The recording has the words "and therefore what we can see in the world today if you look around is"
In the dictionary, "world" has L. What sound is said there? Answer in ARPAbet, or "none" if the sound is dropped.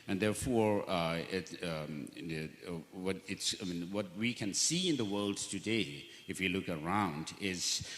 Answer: L